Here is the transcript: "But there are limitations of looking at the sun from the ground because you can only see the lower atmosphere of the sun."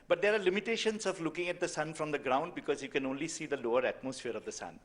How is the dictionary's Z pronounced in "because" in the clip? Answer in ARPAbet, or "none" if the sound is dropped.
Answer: Z